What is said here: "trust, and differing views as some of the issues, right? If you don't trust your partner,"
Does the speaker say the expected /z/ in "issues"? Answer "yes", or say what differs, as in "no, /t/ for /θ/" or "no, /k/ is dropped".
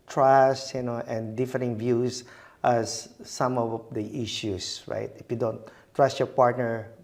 no, /s/ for /z/